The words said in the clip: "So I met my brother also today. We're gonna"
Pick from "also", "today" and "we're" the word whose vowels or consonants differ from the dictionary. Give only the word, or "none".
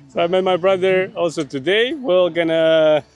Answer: we're